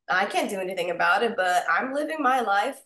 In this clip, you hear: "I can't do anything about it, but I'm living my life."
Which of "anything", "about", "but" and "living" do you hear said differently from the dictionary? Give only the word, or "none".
none